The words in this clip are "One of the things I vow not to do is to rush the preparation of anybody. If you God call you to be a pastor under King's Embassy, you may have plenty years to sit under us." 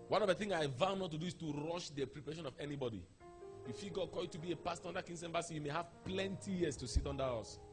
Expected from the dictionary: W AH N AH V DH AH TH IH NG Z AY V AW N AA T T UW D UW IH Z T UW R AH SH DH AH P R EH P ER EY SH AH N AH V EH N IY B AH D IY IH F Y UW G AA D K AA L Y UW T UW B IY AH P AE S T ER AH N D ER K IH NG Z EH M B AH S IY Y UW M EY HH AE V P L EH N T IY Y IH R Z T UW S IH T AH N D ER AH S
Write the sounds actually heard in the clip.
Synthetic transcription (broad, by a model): W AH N AH V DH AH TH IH NG AY V AW N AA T T UW D UW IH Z T UW R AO SH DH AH P R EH P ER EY SH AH N AH V EH N IY B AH D IY IH F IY G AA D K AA Y UW T UW B IY AH P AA S T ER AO N D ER K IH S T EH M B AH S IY Y UW M EY HH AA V P L EH N T IY Y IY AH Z T UW S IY T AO N D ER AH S